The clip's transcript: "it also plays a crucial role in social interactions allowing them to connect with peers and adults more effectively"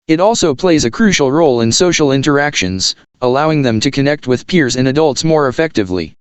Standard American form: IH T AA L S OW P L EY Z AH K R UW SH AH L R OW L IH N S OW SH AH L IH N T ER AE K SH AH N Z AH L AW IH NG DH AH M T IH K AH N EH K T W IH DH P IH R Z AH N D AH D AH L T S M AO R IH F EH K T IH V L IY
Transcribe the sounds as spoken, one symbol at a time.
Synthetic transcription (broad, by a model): IH T AA L S OW P L EY Z AH K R UW SH L R OW L IH N S OW SH L IH N T ER AE K SH AH N Z AH L AW IH NG DH AH M T IH K AH N EH K T W IH DH P IH R Z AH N AH D AH L T S M AO R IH F EH K T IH V L IY